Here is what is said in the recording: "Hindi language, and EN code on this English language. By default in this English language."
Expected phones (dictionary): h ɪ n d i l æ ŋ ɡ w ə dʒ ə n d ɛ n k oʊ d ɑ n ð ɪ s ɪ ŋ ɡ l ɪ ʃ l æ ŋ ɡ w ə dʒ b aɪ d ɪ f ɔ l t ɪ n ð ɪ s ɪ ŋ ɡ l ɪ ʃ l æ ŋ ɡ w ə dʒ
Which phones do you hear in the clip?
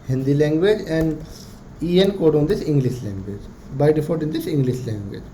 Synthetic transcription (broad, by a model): h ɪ n d i l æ ŋ ɡ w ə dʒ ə n d ɛ n k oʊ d ɑ n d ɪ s ɪ ŋ ɡ l ɪ ʃ l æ ŋ ɡ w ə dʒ b aɪ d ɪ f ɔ t ɪ n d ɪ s ɪ ŋ ɡ l ɪ ʃ l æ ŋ ɡ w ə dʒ